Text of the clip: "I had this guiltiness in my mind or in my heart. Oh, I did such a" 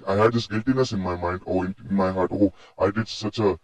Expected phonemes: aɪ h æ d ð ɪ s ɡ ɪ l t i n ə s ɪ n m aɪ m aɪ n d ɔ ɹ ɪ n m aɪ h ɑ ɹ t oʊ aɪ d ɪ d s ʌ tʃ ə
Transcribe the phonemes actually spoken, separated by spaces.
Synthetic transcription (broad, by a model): aɪ h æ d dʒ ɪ s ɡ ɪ l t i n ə s ɪ n m aɪ m aɪ n d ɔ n ɪ n m aɪ h ɑ ɹ t oʊ aɪ d ɪ d s ʌ tʃ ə